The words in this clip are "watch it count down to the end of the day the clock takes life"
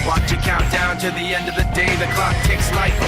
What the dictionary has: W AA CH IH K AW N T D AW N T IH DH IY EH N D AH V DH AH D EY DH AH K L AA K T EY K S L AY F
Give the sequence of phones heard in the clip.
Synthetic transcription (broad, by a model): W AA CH IH K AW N D AW N T IH DH IY EH N D AH V DH AH D EY DH AH K L AA K T EY K S L AY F